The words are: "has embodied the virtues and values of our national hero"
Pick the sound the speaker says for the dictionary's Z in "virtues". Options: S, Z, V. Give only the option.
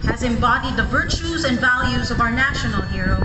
Z